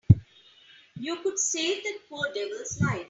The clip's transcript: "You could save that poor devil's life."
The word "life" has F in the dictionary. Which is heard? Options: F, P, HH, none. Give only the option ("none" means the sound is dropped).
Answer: none